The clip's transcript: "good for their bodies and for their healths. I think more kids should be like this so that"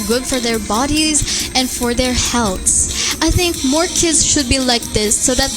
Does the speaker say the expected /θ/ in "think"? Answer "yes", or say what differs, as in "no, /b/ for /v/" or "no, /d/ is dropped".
yes